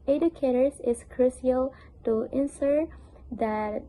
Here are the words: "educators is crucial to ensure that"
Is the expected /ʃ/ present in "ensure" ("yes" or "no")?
no